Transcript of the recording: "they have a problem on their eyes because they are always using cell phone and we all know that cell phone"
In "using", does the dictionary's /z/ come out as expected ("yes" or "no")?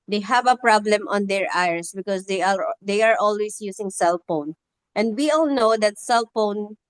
no